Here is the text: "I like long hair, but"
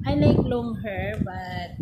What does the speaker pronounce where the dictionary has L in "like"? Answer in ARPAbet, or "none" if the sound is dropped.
N